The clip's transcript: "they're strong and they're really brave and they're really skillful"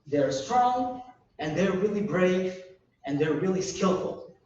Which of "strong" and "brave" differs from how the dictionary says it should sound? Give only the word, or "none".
none